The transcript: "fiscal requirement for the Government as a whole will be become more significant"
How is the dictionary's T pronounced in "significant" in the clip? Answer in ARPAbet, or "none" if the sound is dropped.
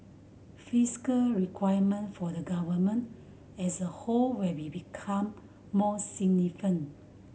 none